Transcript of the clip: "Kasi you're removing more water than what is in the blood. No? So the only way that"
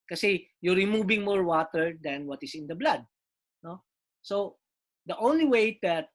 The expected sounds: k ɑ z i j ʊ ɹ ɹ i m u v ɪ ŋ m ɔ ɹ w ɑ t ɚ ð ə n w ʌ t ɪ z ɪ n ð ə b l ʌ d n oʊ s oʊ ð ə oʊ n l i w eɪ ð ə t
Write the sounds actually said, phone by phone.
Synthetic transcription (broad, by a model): k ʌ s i j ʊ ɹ ɹ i m u b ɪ ŋ m ɔ ɹ w ɑ t ɚ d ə n w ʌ t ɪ s ɪ n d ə b l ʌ d n oʊ s oʊ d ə oʊ n l i w eɪ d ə t